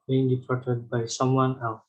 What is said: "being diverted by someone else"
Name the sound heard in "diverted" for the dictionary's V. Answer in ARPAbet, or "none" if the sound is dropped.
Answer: P